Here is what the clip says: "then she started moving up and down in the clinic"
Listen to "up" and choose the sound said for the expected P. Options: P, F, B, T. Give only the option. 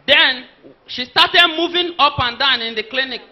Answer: P